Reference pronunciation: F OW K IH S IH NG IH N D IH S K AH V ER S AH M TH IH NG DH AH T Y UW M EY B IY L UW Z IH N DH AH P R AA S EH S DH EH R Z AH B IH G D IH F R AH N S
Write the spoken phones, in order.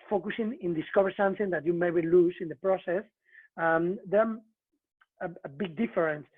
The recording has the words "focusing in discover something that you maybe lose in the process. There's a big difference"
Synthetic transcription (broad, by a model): F OW K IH S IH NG IH N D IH S K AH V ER S AH M TH IH NG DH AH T Y UW M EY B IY L UW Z IH N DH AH P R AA S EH S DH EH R AH B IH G D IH F R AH N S